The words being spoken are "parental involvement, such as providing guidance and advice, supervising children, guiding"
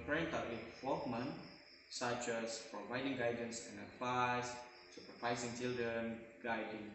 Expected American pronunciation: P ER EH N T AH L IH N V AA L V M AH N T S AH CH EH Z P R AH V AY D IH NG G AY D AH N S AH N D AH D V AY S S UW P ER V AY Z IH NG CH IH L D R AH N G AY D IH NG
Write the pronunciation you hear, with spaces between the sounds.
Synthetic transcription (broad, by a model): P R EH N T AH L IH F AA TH M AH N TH S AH CH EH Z P R AH V AY D IH NG G AY D AH N S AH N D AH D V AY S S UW P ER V AY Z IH NG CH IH L D R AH N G AY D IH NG